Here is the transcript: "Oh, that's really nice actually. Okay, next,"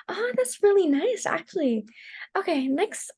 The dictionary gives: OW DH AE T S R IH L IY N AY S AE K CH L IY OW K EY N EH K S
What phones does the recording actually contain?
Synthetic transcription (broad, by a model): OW DH AE T S R IH L IY N AY S AE K CH L IY OW K EY N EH K S